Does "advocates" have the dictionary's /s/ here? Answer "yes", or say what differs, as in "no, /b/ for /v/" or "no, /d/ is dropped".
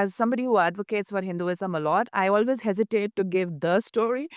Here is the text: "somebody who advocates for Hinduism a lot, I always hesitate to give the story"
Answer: yes